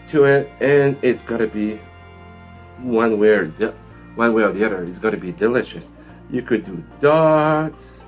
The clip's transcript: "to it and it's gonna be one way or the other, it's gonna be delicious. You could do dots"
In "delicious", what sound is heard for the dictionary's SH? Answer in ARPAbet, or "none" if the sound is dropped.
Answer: SH